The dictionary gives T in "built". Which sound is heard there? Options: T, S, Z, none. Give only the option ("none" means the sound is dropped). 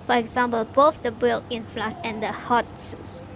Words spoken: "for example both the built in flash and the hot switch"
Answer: none